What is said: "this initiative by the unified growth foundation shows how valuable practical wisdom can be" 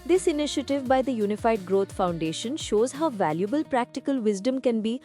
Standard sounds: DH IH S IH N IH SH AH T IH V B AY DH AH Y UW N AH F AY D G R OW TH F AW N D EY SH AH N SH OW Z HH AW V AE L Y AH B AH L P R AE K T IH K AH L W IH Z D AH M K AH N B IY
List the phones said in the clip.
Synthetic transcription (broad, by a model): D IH S IH N IH SH AH T IH V B AY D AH Y UW N AH F AY D G R OW T F AW N D EY SH AH N SH OW Z HH AW V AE L Y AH B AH L P R AE K T IH K AH L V IH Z D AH M K AH N B IY